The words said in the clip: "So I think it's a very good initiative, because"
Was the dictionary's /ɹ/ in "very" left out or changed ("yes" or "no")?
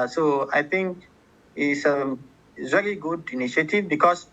yes